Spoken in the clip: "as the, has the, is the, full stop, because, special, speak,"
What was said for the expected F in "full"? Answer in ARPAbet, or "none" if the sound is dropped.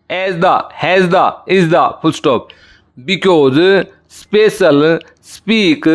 P